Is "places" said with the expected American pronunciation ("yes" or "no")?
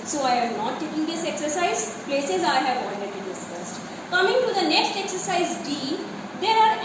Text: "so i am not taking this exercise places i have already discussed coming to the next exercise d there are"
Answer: yes